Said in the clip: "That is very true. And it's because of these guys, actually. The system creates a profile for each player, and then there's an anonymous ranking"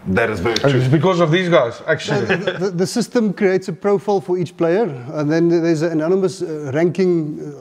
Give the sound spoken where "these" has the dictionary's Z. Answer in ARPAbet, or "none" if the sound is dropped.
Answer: Z